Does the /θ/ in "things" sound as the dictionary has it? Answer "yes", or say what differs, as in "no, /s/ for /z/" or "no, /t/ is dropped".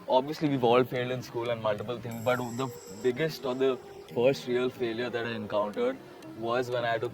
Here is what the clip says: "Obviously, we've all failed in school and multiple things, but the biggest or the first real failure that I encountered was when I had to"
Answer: no, /t/ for /θ/